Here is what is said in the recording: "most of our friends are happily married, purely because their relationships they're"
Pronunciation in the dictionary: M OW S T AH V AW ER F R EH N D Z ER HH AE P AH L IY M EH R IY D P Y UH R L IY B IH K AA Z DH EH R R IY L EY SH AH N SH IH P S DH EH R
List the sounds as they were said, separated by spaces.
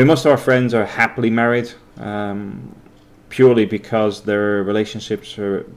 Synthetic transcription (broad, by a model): M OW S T AH V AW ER F R EH N D Z ER HH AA P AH L IY M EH R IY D P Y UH R L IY B IH K AA Z DH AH R R IY L EY SH AH N SH IH P S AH R